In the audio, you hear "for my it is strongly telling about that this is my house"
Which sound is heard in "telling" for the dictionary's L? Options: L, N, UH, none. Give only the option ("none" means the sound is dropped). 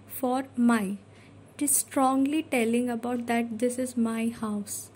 L